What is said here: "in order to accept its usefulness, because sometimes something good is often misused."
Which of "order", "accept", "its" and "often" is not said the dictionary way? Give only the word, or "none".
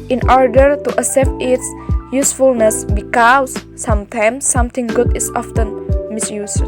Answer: accept